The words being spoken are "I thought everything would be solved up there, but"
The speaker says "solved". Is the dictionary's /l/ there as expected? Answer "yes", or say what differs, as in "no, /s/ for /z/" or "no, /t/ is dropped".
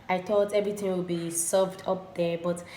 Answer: no, /l/ is dropped